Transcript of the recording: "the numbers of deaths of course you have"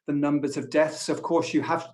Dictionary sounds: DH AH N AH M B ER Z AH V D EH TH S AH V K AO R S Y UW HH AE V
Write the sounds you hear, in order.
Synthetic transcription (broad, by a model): DH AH N AH M B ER Z AH V D EH TH S AH V K AO R S Y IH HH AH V